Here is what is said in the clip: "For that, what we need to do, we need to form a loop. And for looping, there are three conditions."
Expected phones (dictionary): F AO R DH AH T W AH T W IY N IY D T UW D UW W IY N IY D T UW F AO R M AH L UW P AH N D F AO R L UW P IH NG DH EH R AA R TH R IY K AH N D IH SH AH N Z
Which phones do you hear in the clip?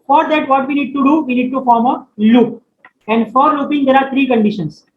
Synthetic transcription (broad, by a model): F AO R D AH T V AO T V IY N IY D T UW D UW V IY N IY D T UW F AO R M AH L UW P AH N D F AO R L UW P IH NG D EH R AA R T R IY K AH N D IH SH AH N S